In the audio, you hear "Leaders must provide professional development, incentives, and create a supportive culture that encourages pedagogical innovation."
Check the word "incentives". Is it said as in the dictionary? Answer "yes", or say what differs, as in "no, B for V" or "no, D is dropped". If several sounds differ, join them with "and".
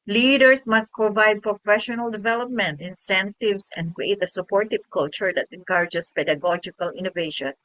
no, S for Z